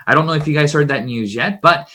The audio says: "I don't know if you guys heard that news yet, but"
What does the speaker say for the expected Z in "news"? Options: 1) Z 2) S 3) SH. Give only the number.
1